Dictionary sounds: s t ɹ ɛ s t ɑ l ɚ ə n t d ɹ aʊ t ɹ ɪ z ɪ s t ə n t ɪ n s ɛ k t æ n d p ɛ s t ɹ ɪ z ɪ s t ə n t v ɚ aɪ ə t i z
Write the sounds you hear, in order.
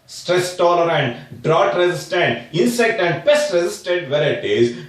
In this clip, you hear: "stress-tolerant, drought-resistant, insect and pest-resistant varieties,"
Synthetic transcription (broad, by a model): s t ɹ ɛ s t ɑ l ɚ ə n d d ɹ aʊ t ɹ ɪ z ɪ s t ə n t ɪ n s ɛ k t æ n d b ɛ s t ɹ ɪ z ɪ s t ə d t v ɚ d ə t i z